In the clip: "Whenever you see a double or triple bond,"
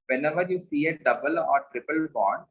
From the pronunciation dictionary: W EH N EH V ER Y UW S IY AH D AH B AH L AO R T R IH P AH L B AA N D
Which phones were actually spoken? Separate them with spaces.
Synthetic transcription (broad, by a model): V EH N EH V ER Y UW S IY AH D AH B AH L AO R T R IH P AH L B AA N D